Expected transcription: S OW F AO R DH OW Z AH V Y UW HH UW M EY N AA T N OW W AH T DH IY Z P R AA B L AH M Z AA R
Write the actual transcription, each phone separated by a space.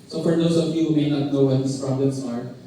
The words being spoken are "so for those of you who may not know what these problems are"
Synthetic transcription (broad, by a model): S OW F AO R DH OW S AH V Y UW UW M EY N AA T N OW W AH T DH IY S P R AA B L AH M S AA R